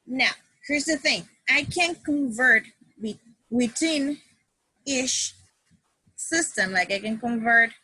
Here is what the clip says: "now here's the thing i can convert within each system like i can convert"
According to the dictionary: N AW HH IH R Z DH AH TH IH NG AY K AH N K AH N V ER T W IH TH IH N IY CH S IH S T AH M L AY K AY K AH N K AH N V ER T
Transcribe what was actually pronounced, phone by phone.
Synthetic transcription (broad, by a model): N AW HH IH R Z DH AH TH IH NG AY K AH N K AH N V ER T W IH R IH N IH SH S IH S T AH M L AY K AY K AH N K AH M V ER T